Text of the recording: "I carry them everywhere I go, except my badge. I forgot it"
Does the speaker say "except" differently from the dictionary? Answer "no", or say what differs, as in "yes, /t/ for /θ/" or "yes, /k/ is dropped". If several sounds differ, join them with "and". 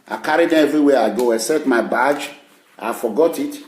yes, /p/ is dropped